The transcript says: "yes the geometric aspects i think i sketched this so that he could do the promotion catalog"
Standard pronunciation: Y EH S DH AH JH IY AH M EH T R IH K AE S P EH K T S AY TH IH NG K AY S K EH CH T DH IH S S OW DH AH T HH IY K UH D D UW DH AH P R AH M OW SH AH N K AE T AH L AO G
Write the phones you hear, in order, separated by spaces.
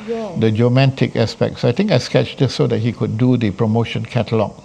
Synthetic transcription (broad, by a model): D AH JH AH M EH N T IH K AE S P EH K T S AY T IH NG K AY S K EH CH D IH S S OW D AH T HH IY K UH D D UW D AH P R AH M OW SH AH N K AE T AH L AO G